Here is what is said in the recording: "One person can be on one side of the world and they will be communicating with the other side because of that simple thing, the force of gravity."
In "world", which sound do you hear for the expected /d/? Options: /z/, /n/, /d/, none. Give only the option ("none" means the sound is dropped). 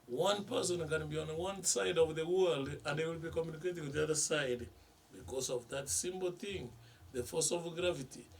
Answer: /d/